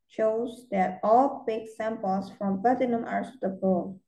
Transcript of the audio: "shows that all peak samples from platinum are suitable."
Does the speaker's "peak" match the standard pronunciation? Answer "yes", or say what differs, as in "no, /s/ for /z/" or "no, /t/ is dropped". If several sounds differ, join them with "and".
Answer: no, /b/ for /p/